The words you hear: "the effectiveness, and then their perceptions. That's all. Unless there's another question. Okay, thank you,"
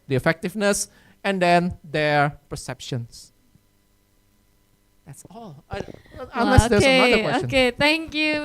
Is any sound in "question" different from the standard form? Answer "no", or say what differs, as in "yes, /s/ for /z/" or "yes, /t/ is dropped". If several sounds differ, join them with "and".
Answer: yes, /ʃ/ is dropped and /n/ is dropped